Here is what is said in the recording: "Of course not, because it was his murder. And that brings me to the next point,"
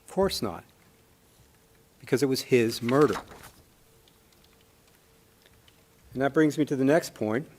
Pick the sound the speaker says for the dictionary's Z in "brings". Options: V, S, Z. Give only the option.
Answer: Z